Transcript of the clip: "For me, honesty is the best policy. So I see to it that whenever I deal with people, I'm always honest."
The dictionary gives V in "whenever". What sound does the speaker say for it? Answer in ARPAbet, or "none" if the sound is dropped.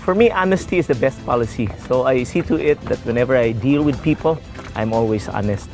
V